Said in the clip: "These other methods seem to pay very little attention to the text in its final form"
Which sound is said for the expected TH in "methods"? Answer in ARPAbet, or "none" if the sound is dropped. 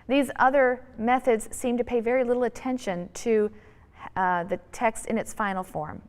TH